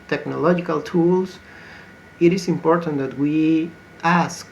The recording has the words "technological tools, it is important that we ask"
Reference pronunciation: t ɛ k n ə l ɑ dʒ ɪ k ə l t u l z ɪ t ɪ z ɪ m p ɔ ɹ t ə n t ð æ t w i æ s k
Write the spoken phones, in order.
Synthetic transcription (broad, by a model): t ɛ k n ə l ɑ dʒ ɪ k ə l t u l s ɪ t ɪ s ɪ m p ɔ ɹ t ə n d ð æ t w i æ s k